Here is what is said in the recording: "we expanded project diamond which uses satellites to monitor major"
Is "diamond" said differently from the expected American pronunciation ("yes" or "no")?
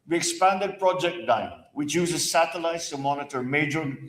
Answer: yes